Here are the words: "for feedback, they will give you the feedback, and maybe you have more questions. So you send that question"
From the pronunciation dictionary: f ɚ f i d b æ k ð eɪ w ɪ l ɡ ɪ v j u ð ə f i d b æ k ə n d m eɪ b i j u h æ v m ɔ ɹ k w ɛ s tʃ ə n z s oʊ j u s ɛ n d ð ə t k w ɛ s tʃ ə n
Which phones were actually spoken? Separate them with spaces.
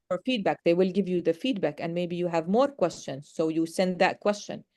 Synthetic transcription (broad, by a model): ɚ f i d b æ k ð eɪ w ɪ l ɡ ɪ v j u ð ə f i d b æ k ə n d m eɪ b i j u h æ v m ɔ ɹ k w ɛ s tʃ ə n z s oʊ j u s ɛ n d ð ə t k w ɛ s tʃ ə n